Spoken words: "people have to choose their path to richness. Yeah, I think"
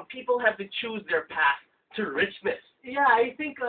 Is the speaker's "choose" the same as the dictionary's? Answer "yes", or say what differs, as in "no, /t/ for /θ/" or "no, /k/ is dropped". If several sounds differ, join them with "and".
yes